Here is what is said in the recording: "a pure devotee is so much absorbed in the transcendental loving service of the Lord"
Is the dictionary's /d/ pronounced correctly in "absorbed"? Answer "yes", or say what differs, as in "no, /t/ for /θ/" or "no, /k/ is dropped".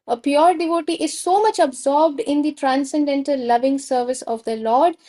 yes